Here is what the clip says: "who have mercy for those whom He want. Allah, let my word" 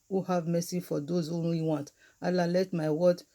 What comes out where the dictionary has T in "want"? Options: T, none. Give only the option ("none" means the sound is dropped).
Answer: T